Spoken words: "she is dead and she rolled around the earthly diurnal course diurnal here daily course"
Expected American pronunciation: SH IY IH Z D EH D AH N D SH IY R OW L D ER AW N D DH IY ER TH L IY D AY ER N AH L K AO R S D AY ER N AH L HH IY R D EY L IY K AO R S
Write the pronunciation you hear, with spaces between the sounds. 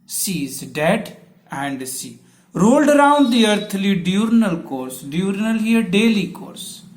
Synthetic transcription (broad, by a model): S IY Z D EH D AH N D S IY R OW L D ER AW N D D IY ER T L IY D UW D N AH L K AO R S D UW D N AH L HH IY R D EY L IY K AO R S